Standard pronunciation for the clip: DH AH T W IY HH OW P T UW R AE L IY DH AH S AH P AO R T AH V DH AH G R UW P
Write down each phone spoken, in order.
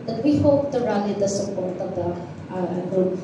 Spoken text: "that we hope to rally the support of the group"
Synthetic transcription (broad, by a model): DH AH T W IY HH OW P T UW R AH N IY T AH S AH P AO R T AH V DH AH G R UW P